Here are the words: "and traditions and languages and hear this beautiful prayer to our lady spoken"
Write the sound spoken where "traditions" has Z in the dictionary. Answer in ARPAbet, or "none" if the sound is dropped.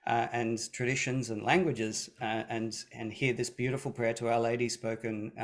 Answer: Z